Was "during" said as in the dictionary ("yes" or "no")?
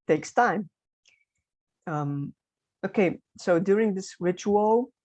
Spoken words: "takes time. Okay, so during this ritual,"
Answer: yes